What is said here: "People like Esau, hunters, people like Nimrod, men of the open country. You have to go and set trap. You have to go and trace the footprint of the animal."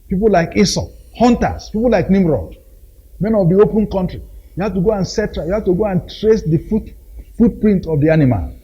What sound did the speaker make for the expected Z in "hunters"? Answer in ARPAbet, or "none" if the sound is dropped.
S